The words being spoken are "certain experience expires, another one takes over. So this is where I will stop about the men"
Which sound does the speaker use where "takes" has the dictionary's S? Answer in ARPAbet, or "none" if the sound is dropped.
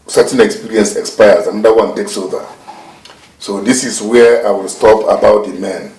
S